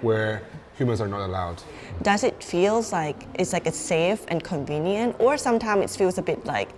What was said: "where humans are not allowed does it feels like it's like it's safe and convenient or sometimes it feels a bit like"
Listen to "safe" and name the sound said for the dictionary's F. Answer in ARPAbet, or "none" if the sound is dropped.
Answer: F